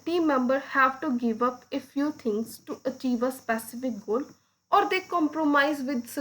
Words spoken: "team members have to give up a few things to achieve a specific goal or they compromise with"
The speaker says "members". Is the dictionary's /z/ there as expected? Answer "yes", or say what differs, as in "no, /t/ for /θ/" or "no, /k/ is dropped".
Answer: no, /z/ is dropped